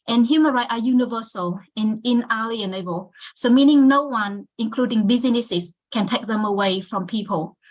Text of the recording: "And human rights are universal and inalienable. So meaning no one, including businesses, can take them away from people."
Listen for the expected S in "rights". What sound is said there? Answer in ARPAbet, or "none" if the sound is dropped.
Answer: none